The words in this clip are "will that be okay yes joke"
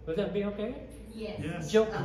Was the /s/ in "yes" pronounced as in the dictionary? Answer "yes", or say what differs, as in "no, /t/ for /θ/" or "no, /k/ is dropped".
no, /s/ is dropped